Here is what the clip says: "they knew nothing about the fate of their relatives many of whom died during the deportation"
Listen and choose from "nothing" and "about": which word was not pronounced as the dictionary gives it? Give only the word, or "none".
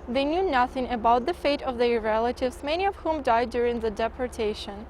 none